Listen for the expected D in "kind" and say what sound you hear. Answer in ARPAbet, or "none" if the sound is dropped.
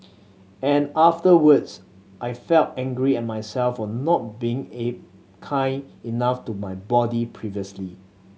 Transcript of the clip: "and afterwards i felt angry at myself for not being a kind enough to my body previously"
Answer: none